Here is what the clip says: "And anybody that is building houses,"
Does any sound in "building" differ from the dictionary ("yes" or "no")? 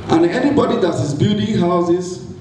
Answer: yes